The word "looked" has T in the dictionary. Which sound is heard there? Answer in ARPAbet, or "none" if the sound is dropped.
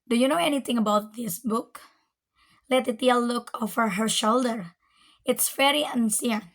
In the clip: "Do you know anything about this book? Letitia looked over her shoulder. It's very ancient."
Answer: none